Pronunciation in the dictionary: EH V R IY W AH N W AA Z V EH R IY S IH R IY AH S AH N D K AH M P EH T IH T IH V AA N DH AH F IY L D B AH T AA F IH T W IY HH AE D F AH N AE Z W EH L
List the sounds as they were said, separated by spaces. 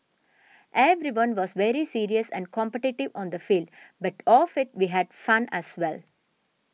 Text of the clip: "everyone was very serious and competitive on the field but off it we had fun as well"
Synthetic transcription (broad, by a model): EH V R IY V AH N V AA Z V EH R IY S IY R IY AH S AH N D K AH M P EH T IH T IH V AA N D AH F IY L D B AH T AA F IH T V IY HH AE D F AH N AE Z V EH L